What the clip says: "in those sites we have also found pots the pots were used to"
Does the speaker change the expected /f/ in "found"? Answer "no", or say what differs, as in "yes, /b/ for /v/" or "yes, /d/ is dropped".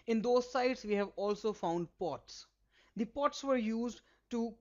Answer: no